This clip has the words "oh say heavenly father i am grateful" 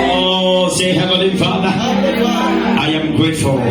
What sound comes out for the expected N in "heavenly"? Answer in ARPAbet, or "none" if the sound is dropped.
none